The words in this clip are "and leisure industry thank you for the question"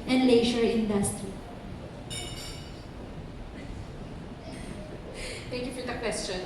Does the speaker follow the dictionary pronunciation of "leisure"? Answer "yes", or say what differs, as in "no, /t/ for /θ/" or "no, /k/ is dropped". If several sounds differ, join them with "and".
no, /ʃ/ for /ʒ/